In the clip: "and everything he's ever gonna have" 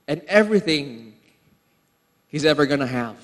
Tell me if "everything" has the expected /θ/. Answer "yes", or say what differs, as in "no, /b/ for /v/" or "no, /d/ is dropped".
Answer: yes